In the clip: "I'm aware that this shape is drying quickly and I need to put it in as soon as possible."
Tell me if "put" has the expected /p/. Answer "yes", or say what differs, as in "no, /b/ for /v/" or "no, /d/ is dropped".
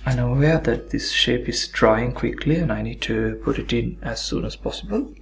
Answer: yes